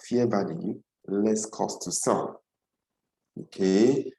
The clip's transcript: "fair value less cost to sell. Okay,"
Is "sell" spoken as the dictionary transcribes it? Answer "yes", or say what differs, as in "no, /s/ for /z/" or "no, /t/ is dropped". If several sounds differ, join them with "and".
no, /n/ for /l/